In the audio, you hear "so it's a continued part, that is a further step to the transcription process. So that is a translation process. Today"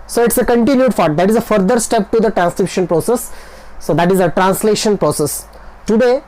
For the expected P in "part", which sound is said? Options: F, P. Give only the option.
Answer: F